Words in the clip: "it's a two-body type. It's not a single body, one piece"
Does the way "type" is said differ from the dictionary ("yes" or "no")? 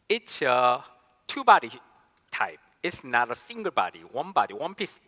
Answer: no